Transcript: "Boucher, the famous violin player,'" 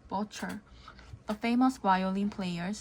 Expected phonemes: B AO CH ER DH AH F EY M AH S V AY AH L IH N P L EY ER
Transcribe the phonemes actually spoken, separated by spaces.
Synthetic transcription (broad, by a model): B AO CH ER DH AH F EY M AH S W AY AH L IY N P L EY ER